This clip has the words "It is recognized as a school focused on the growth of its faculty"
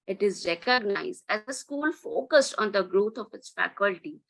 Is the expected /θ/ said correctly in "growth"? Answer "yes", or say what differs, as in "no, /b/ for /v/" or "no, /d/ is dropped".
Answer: no, /t/ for /θ/